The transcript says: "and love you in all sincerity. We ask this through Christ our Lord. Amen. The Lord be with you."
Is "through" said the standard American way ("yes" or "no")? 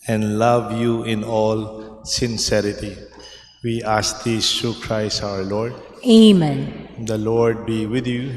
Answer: no